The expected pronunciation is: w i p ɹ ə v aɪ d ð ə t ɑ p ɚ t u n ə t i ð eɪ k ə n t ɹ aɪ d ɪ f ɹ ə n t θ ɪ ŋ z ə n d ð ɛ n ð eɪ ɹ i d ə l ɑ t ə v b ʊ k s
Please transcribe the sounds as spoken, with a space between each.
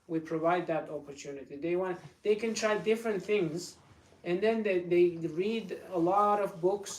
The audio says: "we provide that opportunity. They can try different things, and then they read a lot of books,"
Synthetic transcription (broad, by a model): w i p ɹ ə v aɪ d ð ə t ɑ p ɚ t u n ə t i ð eɪ k ə n t ɹ aɪ d ɪ f ɹ ə n t θ ɪ ŋ z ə n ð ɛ n ð eɪ ɹ i d ə l ɑ t ə v b ʊ k s